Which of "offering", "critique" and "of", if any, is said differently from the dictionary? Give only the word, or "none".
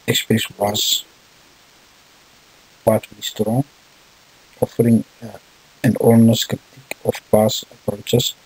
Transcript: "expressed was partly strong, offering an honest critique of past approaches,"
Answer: of